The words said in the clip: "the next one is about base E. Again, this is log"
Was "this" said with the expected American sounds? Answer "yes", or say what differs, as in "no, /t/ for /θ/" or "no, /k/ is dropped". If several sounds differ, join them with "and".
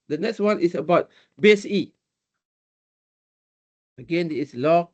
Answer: no, /s/ is dropped